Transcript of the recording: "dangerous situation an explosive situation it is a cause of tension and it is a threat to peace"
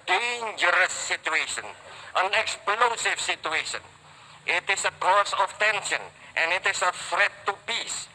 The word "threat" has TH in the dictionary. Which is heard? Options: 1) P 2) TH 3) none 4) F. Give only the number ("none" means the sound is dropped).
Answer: 4